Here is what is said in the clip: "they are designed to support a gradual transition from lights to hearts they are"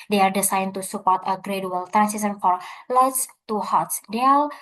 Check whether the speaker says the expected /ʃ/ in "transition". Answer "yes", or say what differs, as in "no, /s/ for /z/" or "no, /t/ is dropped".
no, /s/ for /ʃ/